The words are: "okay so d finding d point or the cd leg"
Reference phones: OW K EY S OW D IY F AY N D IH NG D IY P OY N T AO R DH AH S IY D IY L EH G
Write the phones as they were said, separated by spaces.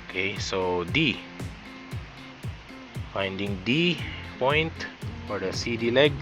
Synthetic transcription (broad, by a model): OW K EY S OW D IY F AY N D IH NG D IY P OY N T AO R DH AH S IY D IY L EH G